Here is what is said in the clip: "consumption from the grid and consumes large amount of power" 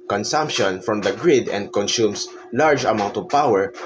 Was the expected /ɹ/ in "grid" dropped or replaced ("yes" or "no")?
no